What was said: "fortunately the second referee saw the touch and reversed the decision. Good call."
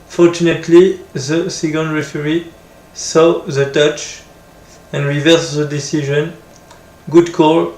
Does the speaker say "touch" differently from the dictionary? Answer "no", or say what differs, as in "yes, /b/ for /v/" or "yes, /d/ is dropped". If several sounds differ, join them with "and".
no